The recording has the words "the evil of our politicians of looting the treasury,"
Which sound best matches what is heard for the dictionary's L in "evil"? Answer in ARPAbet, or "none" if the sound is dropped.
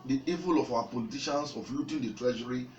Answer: L